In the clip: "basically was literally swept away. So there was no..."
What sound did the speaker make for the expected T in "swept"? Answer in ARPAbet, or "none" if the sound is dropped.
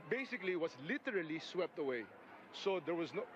T